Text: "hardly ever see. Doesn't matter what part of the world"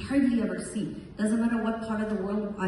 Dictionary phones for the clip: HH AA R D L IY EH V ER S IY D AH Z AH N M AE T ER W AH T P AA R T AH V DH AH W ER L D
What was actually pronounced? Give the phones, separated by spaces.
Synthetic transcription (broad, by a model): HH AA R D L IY EH V ER S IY D AH Z AH N M AE T ER W AH T P AA R T AH V DH AH W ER L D